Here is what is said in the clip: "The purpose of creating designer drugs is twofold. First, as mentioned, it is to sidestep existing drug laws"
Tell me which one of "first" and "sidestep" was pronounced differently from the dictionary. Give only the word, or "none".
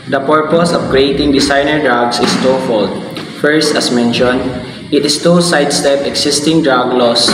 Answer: none